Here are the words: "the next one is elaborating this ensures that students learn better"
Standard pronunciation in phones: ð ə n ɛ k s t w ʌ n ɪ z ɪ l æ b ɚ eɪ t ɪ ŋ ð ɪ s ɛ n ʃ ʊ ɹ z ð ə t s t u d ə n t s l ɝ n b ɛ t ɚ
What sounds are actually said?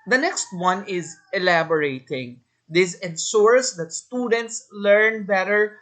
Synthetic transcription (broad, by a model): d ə n ɛ k s t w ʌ n ɪ z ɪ l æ b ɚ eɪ t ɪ ŋ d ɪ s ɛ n s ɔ ɹ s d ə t s t u d ə n t s l ɝ n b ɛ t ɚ